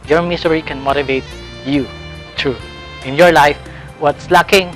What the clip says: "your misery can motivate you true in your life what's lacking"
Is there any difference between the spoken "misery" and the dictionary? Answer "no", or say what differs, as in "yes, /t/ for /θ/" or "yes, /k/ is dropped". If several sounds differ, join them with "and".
yes, /s/ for /z/